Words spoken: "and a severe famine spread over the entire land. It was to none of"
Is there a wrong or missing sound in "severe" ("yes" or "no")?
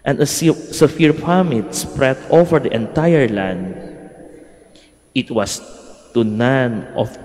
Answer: yes